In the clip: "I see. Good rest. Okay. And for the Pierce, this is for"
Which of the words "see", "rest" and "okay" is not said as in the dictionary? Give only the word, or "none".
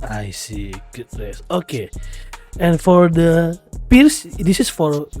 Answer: rest